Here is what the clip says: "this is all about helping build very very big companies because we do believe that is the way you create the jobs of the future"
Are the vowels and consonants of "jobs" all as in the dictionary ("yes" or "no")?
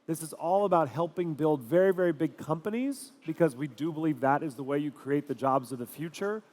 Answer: yes